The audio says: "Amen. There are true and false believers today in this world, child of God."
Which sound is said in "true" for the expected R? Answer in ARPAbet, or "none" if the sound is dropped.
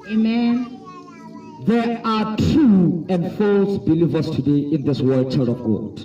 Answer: none